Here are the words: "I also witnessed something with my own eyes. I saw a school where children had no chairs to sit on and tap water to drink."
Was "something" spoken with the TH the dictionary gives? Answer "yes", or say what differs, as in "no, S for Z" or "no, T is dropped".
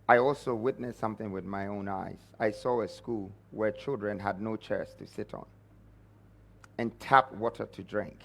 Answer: yes